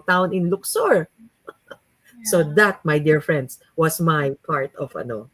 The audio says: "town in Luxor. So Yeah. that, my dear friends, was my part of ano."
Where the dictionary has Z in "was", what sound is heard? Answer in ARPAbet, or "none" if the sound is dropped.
S